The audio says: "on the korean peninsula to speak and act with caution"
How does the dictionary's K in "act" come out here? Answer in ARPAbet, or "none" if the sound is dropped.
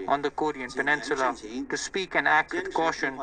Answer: K